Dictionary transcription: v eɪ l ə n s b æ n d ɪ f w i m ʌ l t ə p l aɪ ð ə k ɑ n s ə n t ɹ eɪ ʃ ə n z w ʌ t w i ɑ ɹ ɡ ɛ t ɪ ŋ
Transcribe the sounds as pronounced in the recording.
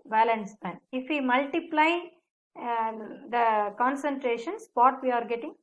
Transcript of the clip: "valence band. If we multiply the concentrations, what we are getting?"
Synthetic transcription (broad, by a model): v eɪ l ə n s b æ n ɪ f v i m ʌ l t ə p l aɪ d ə k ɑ n s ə n t ɹ eɪ ʃ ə n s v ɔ t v i ɑ ɹ ɡ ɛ t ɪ ŋ